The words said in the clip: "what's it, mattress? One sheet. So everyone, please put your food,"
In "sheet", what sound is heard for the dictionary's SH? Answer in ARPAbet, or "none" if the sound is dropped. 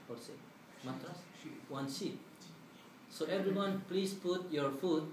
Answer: S